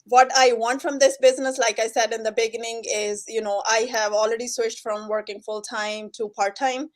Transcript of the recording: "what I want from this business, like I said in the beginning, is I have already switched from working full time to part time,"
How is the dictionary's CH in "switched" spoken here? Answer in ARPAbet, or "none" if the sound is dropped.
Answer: SH